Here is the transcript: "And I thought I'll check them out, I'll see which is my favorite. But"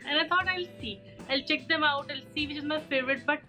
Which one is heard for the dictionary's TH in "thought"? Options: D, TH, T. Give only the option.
T